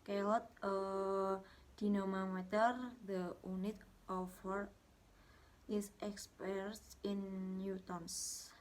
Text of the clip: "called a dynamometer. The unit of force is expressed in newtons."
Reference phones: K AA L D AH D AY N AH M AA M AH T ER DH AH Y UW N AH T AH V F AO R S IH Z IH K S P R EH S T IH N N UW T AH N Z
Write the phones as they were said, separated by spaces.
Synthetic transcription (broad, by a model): K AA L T AH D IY N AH M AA M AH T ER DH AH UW N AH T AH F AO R IH S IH K S P EH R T IH N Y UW T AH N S